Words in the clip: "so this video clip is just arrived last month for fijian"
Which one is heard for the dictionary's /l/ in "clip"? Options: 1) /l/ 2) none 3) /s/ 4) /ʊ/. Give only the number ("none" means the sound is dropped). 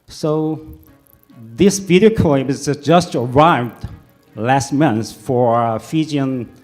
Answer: 2